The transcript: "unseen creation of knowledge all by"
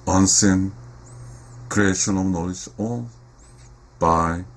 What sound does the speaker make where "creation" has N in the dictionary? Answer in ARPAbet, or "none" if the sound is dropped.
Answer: N